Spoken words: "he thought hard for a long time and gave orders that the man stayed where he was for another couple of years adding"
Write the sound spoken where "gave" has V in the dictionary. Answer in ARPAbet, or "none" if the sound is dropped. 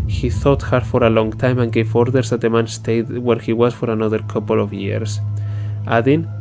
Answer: F